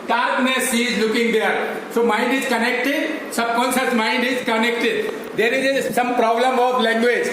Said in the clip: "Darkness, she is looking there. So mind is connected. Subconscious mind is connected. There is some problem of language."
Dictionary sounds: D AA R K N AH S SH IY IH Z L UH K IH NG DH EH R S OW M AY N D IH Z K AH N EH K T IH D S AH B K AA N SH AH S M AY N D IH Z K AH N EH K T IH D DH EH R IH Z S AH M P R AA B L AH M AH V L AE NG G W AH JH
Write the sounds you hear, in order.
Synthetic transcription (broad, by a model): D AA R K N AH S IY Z L UH K IH NG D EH R S OW M AY N D IH Z K AH N EH K T IH D S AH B K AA N S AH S M AY N D IH Z K AH N EH K T IH D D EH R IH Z S AH M P R AA B L AH M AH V L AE NG G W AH JH